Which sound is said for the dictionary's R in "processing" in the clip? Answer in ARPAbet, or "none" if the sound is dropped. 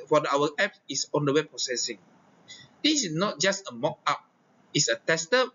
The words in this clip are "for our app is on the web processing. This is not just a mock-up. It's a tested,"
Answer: R